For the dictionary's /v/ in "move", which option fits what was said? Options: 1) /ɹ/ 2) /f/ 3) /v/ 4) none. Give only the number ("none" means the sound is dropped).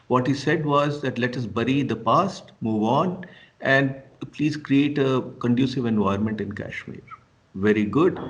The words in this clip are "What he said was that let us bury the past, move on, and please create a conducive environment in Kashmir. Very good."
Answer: 3